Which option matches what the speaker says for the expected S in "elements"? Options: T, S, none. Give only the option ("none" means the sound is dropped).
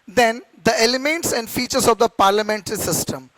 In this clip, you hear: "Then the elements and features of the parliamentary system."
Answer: S